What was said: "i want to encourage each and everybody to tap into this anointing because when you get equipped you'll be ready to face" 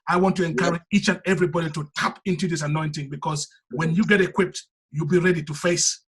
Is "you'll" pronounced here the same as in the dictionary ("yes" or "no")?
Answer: yes